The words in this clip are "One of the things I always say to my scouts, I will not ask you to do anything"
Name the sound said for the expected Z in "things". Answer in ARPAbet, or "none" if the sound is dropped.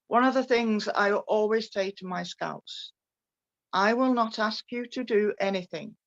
Z